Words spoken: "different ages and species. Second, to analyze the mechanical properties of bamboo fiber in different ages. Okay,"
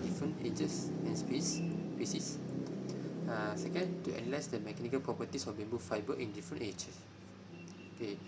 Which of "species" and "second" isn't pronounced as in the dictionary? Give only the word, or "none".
species